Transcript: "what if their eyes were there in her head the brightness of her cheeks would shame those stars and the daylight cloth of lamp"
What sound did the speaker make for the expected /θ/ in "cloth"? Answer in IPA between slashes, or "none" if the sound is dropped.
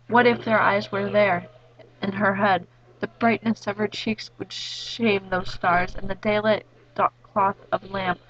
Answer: /θ/